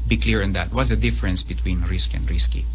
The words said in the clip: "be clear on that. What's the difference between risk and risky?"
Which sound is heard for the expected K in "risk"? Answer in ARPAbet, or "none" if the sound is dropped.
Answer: K